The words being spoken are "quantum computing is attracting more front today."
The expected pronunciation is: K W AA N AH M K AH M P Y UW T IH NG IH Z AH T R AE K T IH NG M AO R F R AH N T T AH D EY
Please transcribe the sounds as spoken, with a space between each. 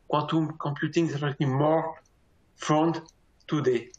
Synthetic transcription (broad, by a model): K W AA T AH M K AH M P Y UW T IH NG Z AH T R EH T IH M AO R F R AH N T T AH D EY